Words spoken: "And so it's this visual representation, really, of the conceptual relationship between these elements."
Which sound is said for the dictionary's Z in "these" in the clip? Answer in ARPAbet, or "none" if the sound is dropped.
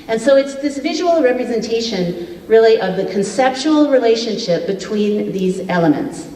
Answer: Z